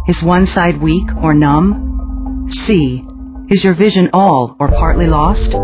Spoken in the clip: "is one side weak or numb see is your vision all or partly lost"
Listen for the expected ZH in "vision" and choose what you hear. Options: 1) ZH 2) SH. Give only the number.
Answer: 1